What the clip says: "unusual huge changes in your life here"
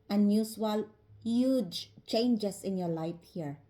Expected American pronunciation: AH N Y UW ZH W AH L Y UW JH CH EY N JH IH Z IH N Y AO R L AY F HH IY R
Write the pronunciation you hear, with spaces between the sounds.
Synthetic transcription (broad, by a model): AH N Y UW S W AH L Y UW JH CH EY N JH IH S IH N Y AO R L AY F HH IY R